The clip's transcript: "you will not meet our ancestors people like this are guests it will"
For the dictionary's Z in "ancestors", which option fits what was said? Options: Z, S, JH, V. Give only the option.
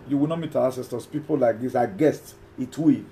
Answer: S